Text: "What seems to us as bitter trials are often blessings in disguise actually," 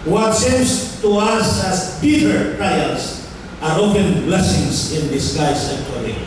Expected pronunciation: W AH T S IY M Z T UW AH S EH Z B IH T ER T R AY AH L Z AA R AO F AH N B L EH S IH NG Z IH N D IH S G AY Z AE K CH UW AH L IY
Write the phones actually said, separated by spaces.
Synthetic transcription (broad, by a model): W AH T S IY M S T UW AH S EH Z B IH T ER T R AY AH L S AA R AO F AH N B L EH S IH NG S IH N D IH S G AY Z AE K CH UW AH L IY